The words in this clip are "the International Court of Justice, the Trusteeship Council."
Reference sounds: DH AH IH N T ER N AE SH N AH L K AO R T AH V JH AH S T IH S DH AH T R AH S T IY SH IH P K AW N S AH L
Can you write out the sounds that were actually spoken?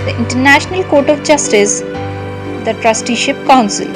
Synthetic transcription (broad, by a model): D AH IH N T ER N AE SH N AH L K AO R T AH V JH AH S T IH S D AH T R AH S T IY SH IH P K AW N S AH L